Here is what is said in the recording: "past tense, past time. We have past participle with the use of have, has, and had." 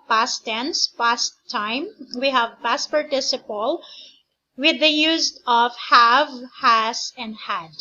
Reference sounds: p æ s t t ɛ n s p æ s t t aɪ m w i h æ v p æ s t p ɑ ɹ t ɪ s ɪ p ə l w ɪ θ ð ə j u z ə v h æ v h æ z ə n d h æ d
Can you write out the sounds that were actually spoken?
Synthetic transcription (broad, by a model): p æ s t t ɛ n s p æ s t t aɪ m w i h æ v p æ s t p ɑ ɹ t ɪ s ɪ p ə l w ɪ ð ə j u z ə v h æ v h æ s ə n d h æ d